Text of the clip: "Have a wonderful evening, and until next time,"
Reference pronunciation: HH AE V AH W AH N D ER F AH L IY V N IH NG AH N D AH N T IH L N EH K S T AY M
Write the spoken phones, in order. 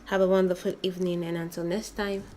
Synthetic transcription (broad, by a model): HH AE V AH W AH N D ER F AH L IY V N IH NG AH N AH N T IH L N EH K S T AY M